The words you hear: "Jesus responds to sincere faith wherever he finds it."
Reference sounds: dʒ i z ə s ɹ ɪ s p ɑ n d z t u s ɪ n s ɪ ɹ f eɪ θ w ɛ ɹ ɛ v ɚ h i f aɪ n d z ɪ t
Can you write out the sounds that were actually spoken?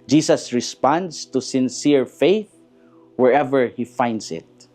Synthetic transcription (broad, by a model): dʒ i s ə s ɹ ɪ s p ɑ n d s t u s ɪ n s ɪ ɹ f eɪ θ w ɛ ɹ ɛ v ɚ h i f aɪ n d s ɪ t